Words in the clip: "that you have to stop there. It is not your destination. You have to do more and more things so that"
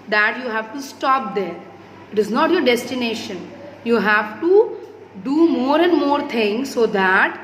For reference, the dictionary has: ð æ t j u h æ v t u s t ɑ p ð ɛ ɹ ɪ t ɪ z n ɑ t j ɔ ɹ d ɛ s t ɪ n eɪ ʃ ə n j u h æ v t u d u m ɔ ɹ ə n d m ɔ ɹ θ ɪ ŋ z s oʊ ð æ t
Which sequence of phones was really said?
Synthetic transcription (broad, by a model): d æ t j u h æ v t u s t ɑ p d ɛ ɹ ɪ t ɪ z n ɑ t j ɔ ɹ d ɛ s t ɪ n eɪ ʃ ə n j u h æ v t u d u m ɔ ɹ ə n d m ɔ ɹ t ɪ ŋ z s oʊ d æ t